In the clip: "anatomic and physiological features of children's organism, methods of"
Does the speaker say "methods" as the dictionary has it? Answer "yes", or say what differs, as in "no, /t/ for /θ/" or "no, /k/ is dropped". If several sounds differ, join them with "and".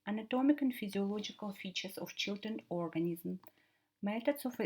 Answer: no, /t/ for /θ/